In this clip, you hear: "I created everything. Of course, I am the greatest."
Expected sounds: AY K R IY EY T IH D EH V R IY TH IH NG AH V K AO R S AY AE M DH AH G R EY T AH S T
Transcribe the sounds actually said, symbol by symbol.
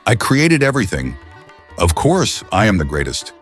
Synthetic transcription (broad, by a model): AY K R IY EY T IH D EH V R IY TH IH NG AH V K AO R S AY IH M DH AH G R EY T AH S T